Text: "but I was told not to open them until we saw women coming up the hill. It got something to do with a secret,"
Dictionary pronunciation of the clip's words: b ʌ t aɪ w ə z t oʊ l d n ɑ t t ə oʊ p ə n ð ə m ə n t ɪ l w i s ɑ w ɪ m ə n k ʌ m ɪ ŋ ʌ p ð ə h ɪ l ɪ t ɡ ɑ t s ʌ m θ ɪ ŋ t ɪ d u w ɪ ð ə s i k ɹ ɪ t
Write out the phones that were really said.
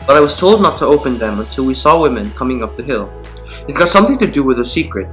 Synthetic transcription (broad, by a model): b ʌ t aɪ w ə z t oʊ l d n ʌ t t ə oʊ p ə n ð ə m ə n t ɪ l w i s ɑ w ɪ m ə n k ʌ m ɪ ŋ ʌ p ð ə h ɪ l ɪ t ɡ ɑ t s ʌ m θ ɪ ŋ t ɪ d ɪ w ɪ ð ə s i k ɹ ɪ t